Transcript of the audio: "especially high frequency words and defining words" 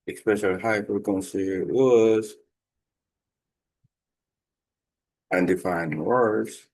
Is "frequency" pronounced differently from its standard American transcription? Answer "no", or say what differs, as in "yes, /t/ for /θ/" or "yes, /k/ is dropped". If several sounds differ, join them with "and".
yes, /p/ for /f/